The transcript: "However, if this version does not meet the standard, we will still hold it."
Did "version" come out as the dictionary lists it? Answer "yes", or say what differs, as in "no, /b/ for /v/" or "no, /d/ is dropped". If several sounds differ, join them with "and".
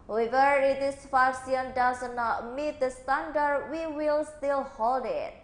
no, /f/ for /v/ and /s/ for /ʒ/